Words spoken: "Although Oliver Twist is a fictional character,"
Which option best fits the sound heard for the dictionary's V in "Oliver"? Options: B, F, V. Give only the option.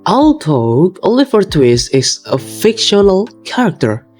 F